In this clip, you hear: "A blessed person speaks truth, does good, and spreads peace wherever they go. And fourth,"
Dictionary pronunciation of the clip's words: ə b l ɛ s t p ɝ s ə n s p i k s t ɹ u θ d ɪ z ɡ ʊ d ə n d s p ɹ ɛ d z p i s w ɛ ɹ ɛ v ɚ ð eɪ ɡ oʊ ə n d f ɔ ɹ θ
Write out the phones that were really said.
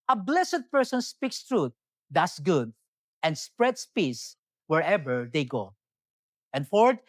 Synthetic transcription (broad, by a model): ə b l ɛ s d p ɝ s ə n s p i k s t ɹ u t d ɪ s ɡ ʊ d ə n d s p ɹ ɛ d s p i s w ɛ ɹ ɛ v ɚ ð eɪ ɡ oʊ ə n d f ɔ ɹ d